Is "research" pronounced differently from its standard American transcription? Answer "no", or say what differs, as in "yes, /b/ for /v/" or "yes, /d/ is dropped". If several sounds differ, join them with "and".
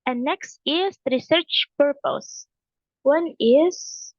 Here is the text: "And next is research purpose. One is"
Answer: no